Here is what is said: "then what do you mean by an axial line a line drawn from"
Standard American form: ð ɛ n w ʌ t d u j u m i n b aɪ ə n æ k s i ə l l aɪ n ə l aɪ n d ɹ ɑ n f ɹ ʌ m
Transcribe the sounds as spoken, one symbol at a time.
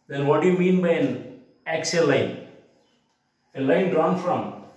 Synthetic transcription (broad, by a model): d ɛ n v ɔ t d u j u m i n b aɪ ə n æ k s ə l l aɪ n ə l aɪ n d ɹ ɑ n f ɹ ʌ m